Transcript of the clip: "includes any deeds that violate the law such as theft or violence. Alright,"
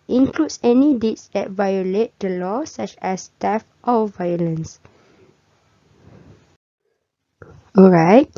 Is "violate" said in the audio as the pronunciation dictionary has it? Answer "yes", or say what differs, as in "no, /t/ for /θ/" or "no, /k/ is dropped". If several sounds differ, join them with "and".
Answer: yes